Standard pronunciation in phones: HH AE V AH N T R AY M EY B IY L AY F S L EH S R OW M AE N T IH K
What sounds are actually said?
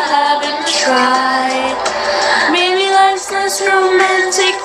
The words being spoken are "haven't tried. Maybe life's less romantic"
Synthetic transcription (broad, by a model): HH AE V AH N T R AY M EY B IY L AY S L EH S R OW M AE N T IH K